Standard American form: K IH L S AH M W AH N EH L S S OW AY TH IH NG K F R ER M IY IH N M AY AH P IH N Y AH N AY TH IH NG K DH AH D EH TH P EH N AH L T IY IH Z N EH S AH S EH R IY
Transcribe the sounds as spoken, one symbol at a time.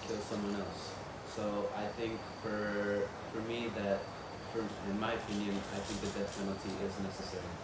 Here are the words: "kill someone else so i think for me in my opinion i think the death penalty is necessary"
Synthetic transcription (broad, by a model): K IH L S AH M W AH N EH L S S OW AY TH IH NG K F R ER M IY IH N M AY AH P IH N Y AH N AY TH IH NG K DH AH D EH T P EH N L T IY IH Z N EH S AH S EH R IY